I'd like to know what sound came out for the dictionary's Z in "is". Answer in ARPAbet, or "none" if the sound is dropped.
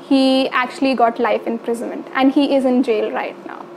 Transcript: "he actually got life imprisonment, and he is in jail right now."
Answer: Z